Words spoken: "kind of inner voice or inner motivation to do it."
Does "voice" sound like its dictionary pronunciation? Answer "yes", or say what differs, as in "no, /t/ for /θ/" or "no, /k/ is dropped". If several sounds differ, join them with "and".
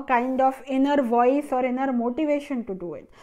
yes